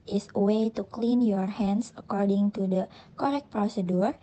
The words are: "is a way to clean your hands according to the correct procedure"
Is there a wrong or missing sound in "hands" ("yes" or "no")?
yes